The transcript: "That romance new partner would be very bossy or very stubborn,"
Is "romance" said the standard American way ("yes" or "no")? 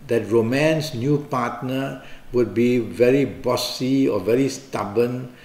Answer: yes